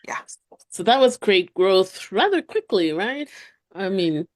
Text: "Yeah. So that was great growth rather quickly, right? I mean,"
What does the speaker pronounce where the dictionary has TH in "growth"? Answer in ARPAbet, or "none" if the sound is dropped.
TH